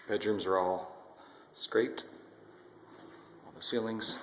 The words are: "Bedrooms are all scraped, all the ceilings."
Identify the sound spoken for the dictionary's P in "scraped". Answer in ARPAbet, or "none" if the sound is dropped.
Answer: none